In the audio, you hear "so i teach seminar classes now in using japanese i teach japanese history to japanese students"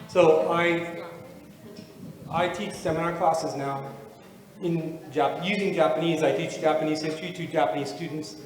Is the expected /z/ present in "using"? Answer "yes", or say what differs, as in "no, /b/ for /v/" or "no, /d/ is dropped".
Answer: yes